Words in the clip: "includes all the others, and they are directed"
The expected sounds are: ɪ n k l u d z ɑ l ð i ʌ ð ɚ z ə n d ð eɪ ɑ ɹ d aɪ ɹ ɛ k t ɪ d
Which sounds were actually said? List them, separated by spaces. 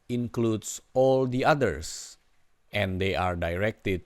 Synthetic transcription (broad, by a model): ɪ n k l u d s ɑ l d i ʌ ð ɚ s ə n d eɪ ɑ ɹ d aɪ ɹ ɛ k t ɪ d